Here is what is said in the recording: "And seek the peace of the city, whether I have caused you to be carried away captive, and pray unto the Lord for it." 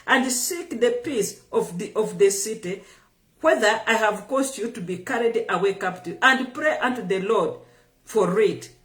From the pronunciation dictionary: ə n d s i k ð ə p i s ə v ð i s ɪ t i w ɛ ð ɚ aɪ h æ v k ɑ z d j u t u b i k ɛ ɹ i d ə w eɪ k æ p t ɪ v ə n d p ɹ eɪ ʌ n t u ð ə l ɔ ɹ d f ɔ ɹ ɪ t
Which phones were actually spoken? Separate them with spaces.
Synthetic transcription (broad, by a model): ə n d s i k ð ə p i s ə v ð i s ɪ t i w ɛ ð ɚ aɪ h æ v k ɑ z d j u t u b i k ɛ ɹ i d ə w eɪ k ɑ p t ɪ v ə n d p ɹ eɪ ʌ n t u ð ə l ɔ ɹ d f ɔ ɹ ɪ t